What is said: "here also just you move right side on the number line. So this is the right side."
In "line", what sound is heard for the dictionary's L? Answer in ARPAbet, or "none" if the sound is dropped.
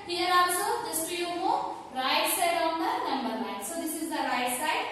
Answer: N